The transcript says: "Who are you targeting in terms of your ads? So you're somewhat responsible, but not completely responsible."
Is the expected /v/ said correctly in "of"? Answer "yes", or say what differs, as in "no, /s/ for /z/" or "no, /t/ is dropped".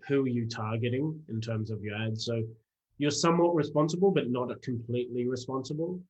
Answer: yes